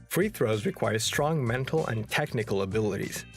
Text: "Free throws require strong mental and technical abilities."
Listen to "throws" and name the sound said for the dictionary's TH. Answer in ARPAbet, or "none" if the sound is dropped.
TH